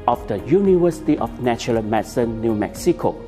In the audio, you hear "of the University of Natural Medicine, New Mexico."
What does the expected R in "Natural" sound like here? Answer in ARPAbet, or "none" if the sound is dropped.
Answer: none